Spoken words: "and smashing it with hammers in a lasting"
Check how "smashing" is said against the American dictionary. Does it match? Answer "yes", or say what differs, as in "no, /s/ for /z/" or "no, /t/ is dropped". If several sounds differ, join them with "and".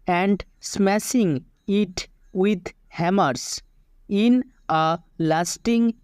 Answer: no, /s/ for /ʃ/